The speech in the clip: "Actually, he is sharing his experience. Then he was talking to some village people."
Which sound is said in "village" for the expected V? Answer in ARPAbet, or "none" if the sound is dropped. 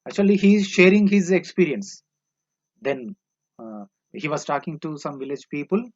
V